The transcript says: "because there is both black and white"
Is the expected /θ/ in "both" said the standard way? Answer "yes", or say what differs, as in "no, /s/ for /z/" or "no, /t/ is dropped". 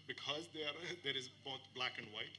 yes